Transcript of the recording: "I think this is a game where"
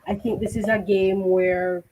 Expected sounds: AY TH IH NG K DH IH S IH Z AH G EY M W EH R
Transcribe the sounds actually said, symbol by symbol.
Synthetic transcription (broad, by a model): AY TH IH NG K DH IH S IH Z AH G EY M W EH R